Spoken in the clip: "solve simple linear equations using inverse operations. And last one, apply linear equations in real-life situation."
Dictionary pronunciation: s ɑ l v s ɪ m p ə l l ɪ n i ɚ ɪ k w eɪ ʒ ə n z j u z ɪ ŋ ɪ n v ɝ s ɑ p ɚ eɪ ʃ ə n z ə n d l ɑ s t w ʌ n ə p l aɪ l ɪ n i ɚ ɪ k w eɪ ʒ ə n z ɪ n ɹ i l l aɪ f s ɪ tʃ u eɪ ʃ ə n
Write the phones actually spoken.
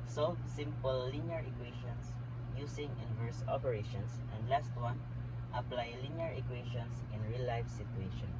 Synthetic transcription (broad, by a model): s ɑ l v s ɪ m p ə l l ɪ n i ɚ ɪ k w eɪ ʃ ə n s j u s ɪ ŋ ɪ n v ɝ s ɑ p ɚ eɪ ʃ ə n s ə n d l ɑ s t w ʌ n ə p l aɪ l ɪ n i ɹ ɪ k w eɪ ʃ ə n s ɪ n ɹ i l l aɪ f s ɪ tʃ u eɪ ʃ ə n